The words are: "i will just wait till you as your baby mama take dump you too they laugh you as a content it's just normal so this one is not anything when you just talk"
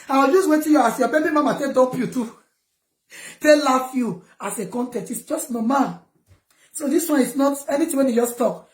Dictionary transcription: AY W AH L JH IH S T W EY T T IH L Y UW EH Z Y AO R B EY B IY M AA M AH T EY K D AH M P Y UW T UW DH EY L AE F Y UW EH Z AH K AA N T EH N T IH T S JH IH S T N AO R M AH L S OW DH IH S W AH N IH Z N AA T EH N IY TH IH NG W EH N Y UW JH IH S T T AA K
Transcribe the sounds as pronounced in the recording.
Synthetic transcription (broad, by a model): AY W AH L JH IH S W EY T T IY Y UW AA S Y AO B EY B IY M AA M AH T EY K D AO P Y UW T UW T EY L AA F Y UW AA S AH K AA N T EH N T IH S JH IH S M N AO M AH S OW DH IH S W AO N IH S N AA T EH N IY T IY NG W EH N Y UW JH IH S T T AA K